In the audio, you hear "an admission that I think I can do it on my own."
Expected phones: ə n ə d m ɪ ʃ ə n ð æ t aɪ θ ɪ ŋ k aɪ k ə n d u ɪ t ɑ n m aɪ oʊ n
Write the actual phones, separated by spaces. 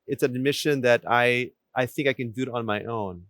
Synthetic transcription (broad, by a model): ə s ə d m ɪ ʃ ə n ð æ t aɪ θ ɪ ŋ k aɪ k ə n d u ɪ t ɑ n m aɪ oʊ n